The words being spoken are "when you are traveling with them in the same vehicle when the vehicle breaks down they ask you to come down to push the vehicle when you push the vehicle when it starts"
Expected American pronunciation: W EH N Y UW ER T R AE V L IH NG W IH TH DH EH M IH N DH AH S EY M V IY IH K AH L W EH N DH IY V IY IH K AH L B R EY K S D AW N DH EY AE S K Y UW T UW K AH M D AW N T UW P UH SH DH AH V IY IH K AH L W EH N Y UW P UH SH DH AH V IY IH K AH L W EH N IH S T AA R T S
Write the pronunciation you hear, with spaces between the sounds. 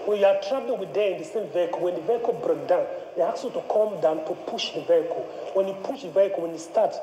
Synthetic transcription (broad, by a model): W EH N Y UW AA T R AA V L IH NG W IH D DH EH IH N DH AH S EY M V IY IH K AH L W EH N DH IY V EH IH K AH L B R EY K D AW N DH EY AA K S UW T UW K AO M D AW N T UW P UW SH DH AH V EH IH K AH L W EH N Y UW P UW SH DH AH V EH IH K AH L W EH N IH S T AA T